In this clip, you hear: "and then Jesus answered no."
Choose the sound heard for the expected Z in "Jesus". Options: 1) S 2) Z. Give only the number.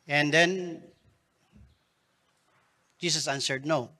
1